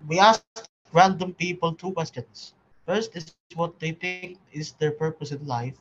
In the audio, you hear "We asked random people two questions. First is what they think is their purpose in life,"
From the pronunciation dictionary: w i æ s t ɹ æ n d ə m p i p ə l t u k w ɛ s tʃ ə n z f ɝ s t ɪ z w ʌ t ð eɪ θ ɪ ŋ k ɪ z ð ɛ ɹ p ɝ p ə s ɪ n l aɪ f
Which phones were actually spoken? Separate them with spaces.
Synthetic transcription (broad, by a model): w i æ s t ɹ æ n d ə m p i p ə l t u k w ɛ s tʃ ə n s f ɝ s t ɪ s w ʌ t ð eɪ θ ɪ ŋ k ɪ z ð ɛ ɹ p ɝ p ə s ɪ n l aɪ f